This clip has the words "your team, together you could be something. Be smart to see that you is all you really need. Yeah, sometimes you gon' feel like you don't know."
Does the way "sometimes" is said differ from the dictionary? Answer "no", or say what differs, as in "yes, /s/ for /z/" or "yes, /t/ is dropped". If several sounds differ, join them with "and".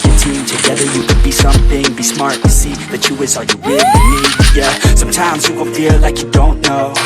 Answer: no